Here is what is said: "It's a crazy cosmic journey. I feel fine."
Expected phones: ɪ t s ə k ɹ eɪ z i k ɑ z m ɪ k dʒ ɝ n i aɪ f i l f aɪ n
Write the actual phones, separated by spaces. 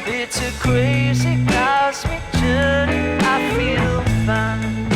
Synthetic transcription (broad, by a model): ɪ t s ə k ɹ eɪ z i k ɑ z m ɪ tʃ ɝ i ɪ f i l f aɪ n